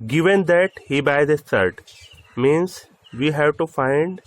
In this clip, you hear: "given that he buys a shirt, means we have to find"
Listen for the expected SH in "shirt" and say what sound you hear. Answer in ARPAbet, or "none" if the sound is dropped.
S